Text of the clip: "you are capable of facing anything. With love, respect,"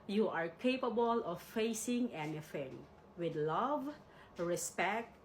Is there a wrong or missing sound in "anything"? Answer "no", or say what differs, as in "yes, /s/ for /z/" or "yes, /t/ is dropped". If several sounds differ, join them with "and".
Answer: yes, /f/ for /θ/